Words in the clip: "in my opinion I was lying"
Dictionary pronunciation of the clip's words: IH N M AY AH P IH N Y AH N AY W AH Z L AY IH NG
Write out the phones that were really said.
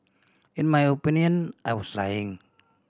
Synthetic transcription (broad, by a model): IH N M AY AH P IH N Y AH N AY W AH S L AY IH NG